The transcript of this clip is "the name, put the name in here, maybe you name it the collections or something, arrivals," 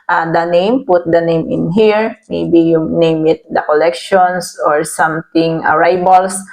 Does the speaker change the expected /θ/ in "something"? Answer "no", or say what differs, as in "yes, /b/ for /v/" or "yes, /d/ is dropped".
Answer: yes, /t/ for /θ/